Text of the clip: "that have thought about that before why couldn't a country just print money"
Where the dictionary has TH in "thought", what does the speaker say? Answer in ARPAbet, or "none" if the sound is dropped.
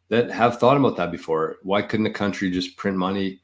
TH